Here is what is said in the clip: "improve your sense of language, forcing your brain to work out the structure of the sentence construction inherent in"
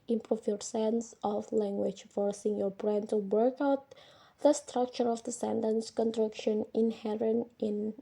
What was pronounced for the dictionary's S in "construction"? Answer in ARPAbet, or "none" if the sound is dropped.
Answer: none